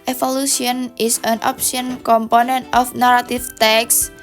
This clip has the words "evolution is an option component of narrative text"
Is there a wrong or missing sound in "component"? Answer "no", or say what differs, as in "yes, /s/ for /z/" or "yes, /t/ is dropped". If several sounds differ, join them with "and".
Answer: no